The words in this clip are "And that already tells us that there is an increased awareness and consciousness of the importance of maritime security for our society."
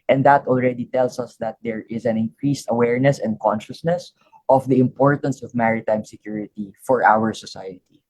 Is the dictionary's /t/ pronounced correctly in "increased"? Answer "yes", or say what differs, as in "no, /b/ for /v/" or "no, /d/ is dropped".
yes